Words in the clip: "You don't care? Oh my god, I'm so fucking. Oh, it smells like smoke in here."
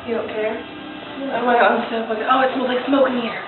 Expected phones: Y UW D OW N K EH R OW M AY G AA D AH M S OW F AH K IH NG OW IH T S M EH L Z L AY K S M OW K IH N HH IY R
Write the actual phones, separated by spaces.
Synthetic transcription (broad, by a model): Y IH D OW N K EH R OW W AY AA AH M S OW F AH IH OW IH T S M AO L L AY K S M OW K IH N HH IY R